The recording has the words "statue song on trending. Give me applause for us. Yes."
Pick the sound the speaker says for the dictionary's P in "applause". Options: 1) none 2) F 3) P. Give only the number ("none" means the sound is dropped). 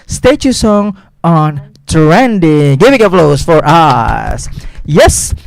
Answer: 2